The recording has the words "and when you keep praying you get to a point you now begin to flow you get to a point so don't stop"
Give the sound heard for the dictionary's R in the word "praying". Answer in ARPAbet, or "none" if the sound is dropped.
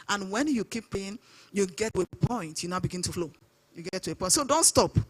none